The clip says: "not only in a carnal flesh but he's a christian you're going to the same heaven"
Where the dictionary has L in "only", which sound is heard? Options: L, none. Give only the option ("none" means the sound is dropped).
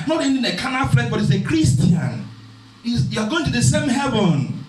none